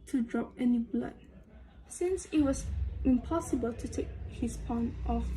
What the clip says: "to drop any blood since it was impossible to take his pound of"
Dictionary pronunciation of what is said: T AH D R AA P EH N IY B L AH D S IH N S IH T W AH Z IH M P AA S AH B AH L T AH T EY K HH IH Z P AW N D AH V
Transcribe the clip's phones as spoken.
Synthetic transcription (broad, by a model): T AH D R AA P EH N IY B L AH D S IH N S IH T W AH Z IH M P AA S AH B AH L T AH T EY K HH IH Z P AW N AH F